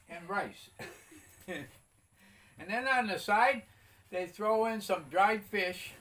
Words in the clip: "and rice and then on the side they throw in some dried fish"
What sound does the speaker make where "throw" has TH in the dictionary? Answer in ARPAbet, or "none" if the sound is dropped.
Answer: TH